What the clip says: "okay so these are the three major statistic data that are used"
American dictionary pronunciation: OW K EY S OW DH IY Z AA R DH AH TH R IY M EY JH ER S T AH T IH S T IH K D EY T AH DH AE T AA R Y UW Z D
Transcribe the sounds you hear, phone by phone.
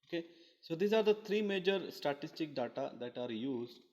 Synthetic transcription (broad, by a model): OW K EY S OW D IY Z AA R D AH T R IY M EY JH ER S T AH T IH S T IH K D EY T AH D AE T AA R Y UW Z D